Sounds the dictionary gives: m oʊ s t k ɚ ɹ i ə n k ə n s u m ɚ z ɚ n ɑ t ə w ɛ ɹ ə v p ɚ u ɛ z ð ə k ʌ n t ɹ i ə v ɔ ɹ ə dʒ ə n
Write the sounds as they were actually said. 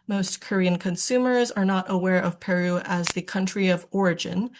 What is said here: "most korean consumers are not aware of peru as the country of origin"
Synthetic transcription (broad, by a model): m oʊ s t k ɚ ɹ i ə n k ə n s u m ɚ z ɚ n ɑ t ə w ɛ ɹ ə v p ɚ u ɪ z ð ə k ʌ n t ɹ i ə v ɔ ɹ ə dʒ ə n